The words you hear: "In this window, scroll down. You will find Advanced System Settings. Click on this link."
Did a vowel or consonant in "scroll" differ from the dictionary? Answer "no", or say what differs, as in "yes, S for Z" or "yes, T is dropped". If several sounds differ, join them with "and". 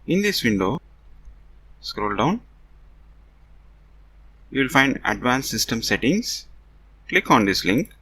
no